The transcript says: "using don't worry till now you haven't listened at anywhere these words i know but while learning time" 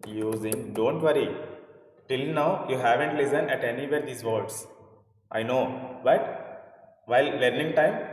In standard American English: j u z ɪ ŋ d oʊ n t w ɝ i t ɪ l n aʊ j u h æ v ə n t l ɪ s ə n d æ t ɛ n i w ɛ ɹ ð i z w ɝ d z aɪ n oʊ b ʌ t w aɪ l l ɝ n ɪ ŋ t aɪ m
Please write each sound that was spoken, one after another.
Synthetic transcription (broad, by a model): j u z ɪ ŋ d oʊ n t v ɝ i t ɪ l n aʊ j u h æ v ə n t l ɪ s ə n æ t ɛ n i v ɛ ɹ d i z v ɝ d s aɪ n oʊ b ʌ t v aɪ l l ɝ n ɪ ŋ t aɪ m